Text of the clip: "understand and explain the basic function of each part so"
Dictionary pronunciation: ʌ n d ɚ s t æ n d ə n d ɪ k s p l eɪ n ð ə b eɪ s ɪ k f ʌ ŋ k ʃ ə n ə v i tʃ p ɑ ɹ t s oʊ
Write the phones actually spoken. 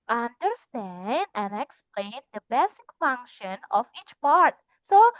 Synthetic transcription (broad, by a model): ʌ n d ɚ s t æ n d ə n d ɪ k s p l eɪ n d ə b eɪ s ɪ k f ʌ ŋ k ʃ ə n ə f i tʃ p ɑ ɹ t s oʊ